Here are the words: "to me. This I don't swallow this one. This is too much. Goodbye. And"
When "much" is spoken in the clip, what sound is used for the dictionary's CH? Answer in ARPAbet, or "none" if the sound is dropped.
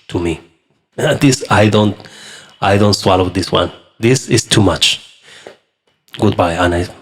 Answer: CH